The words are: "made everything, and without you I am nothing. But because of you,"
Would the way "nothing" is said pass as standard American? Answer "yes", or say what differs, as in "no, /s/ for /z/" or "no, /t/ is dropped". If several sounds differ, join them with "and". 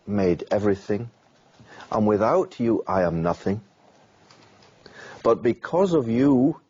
yes